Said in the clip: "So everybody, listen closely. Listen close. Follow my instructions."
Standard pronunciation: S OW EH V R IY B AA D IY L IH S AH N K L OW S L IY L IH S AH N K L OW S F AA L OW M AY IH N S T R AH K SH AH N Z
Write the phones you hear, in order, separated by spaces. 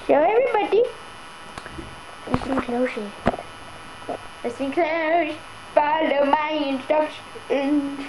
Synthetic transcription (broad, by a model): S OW EH V R IY B AA D IY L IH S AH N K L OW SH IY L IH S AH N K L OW SH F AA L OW M AY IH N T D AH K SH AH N